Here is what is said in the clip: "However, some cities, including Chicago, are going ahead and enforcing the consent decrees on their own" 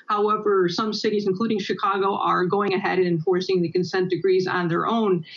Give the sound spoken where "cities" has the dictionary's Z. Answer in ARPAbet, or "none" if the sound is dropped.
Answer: Z